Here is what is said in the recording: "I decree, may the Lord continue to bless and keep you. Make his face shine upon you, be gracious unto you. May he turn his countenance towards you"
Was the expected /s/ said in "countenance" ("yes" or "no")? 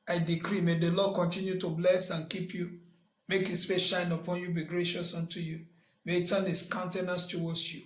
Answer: yes